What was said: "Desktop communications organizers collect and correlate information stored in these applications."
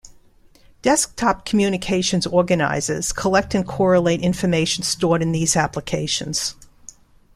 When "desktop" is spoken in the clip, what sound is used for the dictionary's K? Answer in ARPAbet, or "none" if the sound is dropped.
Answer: K